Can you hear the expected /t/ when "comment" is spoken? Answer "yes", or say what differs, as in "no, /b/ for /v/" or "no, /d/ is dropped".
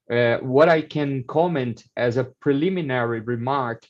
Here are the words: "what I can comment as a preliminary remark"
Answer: yes